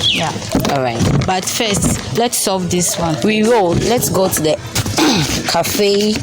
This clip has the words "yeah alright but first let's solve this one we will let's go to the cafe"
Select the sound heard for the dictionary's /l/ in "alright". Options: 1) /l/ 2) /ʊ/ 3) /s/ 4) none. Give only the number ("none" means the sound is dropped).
4